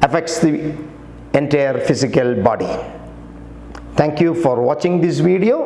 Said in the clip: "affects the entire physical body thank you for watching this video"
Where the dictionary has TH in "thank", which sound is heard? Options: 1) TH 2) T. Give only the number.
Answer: 2